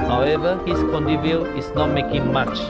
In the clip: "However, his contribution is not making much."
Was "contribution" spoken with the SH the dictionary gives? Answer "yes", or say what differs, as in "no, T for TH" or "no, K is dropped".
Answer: no, SH is dropped